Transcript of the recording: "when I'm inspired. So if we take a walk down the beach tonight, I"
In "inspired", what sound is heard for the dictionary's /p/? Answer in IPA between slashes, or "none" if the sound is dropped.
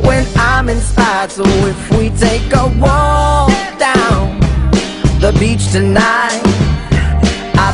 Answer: none